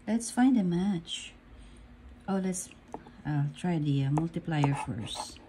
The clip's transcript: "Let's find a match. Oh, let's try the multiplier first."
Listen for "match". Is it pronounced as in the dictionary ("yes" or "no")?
yes